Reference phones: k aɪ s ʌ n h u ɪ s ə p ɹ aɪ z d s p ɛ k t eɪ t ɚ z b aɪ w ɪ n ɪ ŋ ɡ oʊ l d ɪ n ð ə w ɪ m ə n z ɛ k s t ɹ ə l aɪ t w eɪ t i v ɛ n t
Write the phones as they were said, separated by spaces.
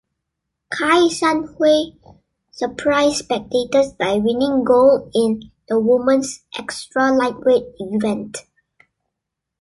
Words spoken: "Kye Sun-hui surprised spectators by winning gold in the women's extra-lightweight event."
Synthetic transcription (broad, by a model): k aɪ s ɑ n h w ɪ s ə p ɹ aɪ s p ɛ k t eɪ t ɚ s b aɪ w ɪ n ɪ ŋ ɡ oʊ l ɪ n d ə w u m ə n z ɛ k s t ɹ ə l aɪ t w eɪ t i v ɛ n t